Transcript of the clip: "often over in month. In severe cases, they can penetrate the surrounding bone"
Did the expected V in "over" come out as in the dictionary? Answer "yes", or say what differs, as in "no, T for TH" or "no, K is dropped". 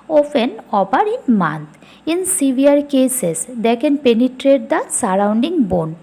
no, P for V